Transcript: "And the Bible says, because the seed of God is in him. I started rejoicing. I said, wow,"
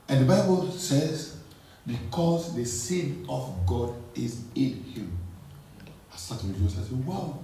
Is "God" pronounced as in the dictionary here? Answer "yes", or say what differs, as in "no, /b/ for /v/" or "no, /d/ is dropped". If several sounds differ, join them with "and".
yes